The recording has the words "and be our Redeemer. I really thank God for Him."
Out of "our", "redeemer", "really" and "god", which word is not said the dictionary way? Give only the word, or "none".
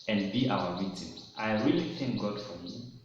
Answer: redeemer